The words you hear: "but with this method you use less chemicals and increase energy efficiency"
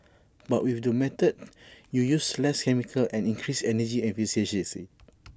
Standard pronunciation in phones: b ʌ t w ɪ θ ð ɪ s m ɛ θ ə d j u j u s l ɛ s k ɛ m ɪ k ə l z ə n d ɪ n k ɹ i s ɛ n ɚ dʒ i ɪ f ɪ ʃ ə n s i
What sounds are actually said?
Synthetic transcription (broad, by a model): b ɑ t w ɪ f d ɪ m ɛ t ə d j u j u s l ɛ s k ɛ m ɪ k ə l ə n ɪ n k ɹ i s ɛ n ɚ dʒ i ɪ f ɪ s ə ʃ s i